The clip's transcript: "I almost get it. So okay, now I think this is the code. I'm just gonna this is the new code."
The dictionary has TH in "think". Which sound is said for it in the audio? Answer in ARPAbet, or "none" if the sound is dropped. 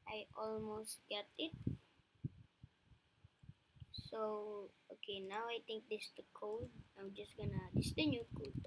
T